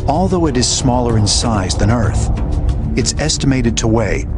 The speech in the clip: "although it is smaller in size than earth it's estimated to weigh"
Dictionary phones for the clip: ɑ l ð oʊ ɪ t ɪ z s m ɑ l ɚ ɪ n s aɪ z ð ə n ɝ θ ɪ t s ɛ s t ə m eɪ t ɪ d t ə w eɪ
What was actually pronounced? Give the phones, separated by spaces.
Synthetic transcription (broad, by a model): ɑ l ð oʊ ɪ t ɪ z s m ɑ l ɚ ɪ n s aɪ z ð ə n ɝ θ ɪ t s ɛ s t ə m eɪ t ɪ d t ə w eɪ